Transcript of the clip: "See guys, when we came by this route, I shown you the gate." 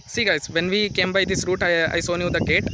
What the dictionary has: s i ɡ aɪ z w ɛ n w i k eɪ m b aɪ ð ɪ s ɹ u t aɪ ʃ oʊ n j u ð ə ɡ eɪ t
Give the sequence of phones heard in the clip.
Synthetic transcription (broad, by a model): s i ɡ aɪ z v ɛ n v i k eɪ m b aɪ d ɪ s ɹ u t aɪ s oʊ n j u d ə ɡ eɪ t